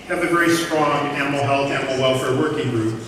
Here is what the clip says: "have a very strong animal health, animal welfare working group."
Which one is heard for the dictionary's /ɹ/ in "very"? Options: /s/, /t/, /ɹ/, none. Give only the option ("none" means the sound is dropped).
none